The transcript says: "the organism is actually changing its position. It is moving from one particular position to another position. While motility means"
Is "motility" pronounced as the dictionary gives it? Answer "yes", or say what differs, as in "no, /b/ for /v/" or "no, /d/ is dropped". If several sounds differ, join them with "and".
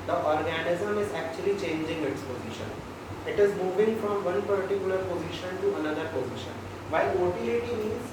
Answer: no, /l/ is dropped